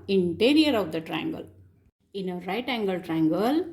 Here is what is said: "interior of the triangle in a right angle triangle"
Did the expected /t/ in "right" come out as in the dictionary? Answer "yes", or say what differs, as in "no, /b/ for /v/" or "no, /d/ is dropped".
yes